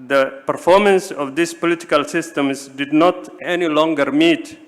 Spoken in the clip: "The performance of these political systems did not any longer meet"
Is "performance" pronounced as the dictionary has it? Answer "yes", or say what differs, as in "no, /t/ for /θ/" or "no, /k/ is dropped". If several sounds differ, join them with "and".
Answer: yes